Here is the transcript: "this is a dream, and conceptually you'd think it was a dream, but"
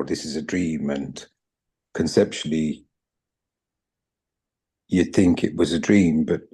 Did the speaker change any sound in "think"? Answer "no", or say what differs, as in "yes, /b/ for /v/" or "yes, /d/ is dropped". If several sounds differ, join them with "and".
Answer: no